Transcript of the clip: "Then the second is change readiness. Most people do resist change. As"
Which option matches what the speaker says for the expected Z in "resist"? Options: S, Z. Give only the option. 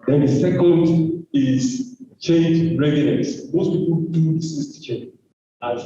S